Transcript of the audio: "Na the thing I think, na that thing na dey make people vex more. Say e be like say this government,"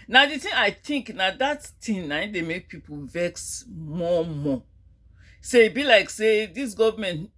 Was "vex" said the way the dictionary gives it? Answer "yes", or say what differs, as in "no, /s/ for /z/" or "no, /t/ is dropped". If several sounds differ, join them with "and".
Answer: yes